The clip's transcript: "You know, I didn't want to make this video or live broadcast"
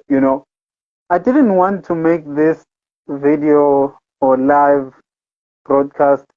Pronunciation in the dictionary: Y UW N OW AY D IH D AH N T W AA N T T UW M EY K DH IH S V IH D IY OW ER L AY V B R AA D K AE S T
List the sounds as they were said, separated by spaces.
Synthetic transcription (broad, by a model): Y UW N OW AY D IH D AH N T W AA N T T UW M EY K DH IH S V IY D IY OW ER L AY V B R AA D K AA S T